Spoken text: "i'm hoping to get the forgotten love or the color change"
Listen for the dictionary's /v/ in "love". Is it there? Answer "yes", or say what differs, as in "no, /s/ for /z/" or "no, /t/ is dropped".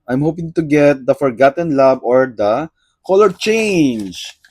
no, /b/ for /v/